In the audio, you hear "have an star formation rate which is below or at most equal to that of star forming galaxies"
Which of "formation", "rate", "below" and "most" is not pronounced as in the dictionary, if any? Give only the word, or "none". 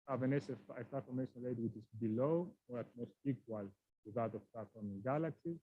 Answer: rate